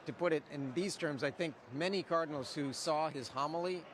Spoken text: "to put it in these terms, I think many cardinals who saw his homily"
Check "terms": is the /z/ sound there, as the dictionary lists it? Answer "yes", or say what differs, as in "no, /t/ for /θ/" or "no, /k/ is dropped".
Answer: yes